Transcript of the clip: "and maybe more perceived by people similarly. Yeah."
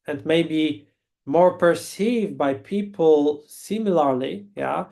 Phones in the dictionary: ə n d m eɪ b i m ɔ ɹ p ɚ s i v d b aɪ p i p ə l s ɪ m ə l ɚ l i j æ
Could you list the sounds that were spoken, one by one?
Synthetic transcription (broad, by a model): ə n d m eɪ b i m ɔ ɹ p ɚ s i v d b aɪ p i p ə l s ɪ m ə l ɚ l i j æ